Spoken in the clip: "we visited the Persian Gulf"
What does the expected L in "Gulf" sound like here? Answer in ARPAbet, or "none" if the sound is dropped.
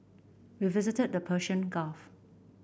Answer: none